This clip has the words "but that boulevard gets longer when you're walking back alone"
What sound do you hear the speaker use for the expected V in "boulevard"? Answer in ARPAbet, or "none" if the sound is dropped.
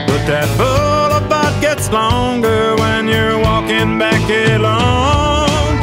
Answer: B